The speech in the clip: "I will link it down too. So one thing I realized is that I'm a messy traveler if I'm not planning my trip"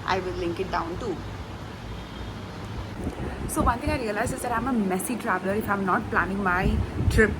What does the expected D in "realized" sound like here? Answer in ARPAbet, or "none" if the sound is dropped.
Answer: none